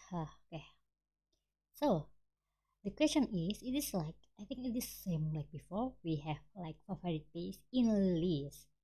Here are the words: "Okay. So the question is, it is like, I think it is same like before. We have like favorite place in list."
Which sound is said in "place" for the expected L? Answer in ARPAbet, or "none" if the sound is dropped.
none